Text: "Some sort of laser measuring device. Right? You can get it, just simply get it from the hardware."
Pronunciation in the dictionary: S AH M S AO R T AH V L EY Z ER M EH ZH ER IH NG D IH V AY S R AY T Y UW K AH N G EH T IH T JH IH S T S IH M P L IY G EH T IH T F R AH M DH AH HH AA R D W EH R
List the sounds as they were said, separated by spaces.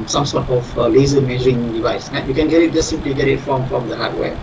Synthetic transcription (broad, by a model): S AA M S AO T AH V L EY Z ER M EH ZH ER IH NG D IH V AY S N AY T Y UW K AH N G EH T IH T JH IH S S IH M P L IY G EH T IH T F R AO M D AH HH AA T W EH